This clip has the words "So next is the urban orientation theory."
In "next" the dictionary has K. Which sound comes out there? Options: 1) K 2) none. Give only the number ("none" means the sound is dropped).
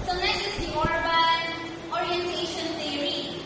2